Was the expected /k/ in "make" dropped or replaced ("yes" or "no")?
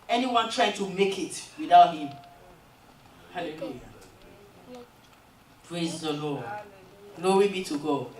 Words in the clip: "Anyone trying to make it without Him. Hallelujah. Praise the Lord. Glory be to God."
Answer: no